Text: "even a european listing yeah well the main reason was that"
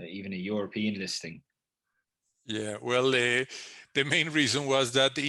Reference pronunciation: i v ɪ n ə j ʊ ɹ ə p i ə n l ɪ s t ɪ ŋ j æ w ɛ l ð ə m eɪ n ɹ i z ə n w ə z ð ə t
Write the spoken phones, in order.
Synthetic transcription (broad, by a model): i v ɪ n ə j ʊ ɹ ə p i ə n l ɪ s t ɪ ŋ j æ w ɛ l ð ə m eɪ n ɹ i z ə n w ə z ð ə t